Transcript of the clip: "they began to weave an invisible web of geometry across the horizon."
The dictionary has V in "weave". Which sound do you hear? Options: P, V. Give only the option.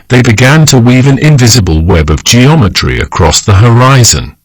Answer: V